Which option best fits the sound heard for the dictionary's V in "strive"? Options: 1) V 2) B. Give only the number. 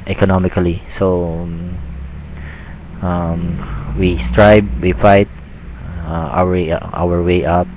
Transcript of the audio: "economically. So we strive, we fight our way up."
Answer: 2